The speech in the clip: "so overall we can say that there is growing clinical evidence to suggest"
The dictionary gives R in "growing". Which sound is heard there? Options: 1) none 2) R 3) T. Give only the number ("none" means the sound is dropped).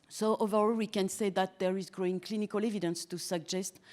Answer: 2